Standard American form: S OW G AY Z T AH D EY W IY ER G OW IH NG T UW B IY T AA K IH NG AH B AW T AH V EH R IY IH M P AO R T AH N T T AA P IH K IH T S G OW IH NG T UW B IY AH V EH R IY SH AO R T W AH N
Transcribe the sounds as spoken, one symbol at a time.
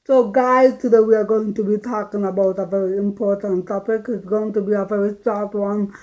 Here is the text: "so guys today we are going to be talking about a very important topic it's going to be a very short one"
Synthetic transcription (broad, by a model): S OW G AY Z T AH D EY W IY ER G OW IH NG T UW B IY T AA K IH NG AH B AW T AH V EH R IY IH M P AO R T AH N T T AA P IH K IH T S G OW IH NG T UW B IY AH V EH R IY S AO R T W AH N